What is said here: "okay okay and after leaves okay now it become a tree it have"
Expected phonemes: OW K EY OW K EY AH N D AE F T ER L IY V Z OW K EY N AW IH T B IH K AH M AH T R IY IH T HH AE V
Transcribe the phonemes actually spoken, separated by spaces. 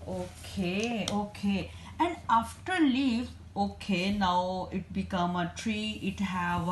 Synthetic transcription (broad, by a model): OW K EY OW K EY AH N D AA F T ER L IY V OW K EY N AW IH T B IH K AH M AH T R IY IH T HH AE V